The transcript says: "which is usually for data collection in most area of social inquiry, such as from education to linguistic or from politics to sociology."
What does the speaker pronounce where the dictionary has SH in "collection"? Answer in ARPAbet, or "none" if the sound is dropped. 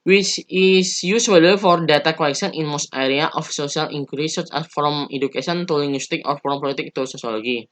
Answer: S